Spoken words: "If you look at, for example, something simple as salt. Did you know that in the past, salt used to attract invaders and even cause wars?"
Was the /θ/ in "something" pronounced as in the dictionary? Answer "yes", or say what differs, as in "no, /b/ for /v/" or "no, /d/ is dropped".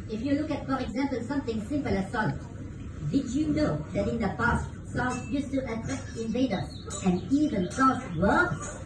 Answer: no, /t/ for /θ/